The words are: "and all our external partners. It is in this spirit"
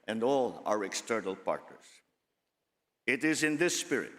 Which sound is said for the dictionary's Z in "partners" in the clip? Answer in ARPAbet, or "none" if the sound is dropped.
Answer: S